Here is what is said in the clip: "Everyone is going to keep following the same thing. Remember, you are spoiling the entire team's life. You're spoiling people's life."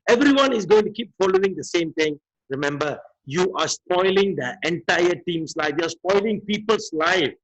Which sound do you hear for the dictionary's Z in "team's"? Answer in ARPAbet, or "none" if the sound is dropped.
S